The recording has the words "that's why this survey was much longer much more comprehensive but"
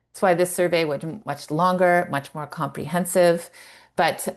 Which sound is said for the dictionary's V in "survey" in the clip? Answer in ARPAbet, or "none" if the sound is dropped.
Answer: V